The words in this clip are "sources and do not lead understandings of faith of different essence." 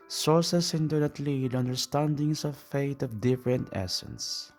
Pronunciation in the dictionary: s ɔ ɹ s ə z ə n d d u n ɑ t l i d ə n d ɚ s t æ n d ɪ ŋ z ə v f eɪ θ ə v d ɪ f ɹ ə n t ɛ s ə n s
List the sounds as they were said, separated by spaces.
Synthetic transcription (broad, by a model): s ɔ ɹ s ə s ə n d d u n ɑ t l i d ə n d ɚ s t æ n d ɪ ŋ s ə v f eɪ t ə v d ɪ f ɹ ə n t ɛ s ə n s